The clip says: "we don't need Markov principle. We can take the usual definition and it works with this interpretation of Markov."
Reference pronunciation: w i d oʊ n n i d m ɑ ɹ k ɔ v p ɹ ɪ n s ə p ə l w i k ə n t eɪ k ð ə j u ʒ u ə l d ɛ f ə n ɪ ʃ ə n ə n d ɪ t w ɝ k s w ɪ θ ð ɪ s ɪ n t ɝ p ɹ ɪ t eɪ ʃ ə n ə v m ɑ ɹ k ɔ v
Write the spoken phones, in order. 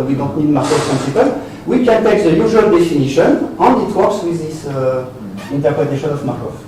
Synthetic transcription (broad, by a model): w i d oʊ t n i d m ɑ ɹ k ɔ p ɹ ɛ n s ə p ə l w i k ə n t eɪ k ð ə j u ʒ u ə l d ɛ f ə n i ʃ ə n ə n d ɪ t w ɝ s w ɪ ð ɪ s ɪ n t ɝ p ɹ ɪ t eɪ ʃ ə n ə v m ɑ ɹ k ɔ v